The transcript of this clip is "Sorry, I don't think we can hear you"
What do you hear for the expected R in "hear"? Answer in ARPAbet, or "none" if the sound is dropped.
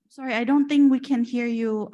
R